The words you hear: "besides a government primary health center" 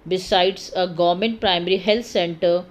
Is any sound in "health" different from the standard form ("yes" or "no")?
yes